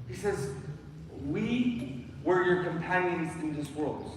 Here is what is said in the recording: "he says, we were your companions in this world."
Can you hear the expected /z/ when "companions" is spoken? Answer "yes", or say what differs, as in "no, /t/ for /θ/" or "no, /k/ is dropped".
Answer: yes